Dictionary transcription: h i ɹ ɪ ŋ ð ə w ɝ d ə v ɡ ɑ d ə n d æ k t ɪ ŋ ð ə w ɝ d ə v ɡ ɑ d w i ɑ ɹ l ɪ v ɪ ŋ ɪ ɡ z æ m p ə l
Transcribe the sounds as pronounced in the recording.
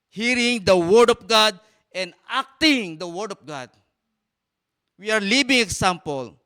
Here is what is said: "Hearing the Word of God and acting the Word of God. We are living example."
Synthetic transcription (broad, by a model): h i ɹ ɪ ŋ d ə w ɝ d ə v ɡ ɑ d ə n d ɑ k t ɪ ŋ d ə w ɝ d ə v ɡ ɑ d w i ɑ ɹ l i b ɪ ŋ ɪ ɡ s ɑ m p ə l